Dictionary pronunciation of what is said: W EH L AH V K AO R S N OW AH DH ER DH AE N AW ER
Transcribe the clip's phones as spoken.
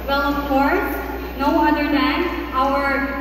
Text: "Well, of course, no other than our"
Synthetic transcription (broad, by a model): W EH L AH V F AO R N OW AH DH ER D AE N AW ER